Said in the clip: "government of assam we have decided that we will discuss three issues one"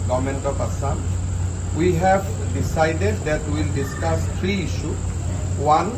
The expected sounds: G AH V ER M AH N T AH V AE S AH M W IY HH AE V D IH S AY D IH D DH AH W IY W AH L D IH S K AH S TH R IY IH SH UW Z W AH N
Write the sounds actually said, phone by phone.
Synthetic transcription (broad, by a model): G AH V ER M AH N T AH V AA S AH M W IY HH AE V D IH S AY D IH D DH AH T W AH L D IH S K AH S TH R IY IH SH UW W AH N